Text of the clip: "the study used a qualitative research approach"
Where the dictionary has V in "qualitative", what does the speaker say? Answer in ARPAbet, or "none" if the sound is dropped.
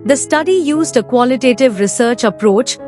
V